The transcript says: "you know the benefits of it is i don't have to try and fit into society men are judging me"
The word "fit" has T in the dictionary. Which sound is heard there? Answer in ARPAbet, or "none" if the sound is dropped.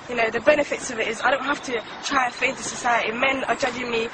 none